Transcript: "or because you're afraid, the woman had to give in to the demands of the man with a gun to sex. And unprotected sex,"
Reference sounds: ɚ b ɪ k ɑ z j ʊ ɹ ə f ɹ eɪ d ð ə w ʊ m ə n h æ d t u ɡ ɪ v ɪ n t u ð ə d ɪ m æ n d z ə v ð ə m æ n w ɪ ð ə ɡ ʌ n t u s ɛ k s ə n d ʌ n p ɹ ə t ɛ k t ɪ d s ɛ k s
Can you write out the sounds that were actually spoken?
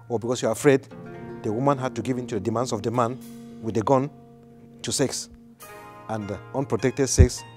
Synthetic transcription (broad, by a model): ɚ b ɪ k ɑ s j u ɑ ə f ɹ eɪ d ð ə w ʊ m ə n h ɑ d t u ɡ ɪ v ɪ n t u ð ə d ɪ m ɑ n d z ə v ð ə m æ n w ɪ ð ə ɡ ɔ n t u s ɛ k s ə n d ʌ n p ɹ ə t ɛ k t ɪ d s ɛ k s